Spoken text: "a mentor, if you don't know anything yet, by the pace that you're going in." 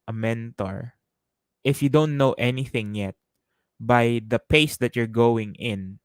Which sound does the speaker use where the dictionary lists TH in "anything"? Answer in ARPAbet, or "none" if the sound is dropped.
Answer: TH